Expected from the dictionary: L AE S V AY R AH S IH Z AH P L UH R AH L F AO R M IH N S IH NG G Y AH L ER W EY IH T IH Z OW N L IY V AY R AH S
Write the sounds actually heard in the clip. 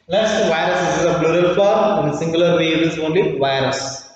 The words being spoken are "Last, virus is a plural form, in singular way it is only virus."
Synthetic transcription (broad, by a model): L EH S V AY R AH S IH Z AH B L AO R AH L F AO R IH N S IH NG G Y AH L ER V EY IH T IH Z OW N L IY V AY R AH S